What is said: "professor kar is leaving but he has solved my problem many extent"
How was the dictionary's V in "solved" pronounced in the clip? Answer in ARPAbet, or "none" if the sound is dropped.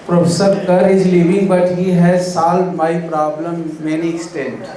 none